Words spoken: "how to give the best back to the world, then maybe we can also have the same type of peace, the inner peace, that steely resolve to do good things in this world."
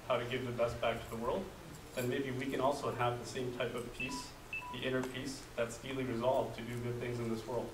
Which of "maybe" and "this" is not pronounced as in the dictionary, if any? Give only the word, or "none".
none